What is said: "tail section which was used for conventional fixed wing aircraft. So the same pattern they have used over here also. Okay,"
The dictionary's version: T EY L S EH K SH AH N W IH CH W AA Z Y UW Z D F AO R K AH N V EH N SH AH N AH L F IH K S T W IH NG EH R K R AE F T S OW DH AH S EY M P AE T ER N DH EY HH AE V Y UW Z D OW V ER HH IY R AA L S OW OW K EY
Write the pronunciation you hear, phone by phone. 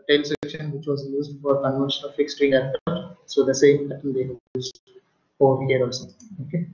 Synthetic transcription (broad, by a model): T EY L S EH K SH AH N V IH CH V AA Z Y UW Z D F AO R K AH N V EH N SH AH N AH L F IH K S T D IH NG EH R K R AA T S OW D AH S EY M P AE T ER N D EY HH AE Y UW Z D OW V ER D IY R AA L S OW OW K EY